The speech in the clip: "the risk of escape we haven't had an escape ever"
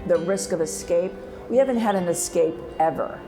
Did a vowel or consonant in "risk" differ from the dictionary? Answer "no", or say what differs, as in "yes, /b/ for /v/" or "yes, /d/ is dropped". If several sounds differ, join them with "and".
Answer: no